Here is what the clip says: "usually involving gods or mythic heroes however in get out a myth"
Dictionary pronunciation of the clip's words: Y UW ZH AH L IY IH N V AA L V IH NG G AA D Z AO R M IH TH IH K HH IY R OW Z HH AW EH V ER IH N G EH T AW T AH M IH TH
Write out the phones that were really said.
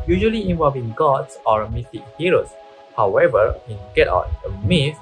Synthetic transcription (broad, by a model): Y UW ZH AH L IY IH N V AA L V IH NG G AA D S AO R M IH T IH K HH IY R OW S HH AW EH V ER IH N G EH T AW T AH M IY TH